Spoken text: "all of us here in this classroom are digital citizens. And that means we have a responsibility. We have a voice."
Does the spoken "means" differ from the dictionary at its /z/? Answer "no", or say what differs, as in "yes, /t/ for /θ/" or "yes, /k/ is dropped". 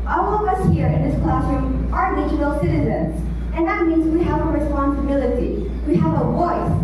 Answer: no